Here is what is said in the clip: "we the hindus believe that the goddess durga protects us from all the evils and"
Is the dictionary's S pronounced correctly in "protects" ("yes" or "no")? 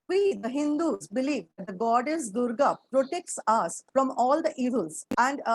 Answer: yes